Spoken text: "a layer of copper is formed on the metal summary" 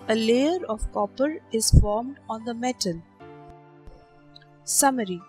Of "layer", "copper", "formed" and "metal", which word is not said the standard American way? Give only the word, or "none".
none